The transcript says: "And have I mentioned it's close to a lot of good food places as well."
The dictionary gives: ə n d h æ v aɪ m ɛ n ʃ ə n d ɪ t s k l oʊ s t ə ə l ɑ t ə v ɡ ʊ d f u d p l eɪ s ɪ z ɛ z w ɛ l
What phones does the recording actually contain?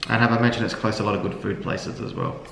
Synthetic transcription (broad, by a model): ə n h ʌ v aɪ m ɛ n ʃ ə n d ɪ t s k l oʊ s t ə ə l ɑ t ə v ɡ ʊ d f u d p l eɪ s ɪ z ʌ z w ɛ l